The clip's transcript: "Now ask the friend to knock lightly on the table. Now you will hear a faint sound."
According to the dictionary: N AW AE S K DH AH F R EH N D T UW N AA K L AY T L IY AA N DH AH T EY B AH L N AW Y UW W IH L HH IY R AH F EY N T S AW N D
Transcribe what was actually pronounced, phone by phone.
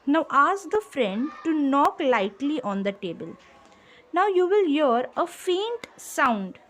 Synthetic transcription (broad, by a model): N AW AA S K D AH F R EH N D T UW N AA K L AY T L IY AA N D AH T EY B AH L N AW Y UW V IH L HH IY R AH F EY N T S AW N D